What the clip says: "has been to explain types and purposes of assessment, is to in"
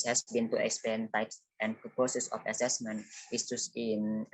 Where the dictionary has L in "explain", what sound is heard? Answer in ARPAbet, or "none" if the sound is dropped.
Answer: none